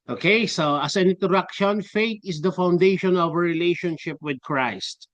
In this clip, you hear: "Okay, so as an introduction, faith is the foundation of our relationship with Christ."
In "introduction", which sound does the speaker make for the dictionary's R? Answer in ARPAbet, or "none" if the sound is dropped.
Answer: none